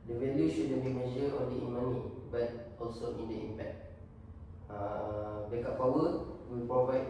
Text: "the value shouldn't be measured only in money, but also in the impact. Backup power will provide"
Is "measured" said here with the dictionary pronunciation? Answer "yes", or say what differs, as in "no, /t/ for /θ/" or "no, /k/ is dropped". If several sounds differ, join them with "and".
no, /d/ is dropped